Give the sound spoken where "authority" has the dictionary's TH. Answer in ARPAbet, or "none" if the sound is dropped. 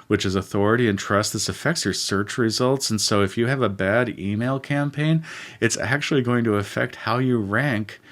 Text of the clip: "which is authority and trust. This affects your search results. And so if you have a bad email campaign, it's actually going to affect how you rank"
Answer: TH